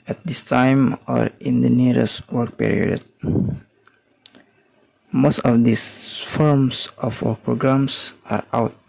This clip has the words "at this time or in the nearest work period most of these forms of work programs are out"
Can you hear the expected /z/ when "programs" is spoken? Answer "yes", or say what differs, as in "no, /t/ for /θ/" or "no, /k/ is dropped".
no, /s/ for /z/